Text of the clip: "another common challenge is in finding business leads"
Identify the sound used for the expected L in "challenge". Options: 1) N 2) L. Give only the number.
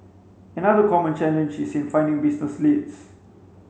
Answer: 1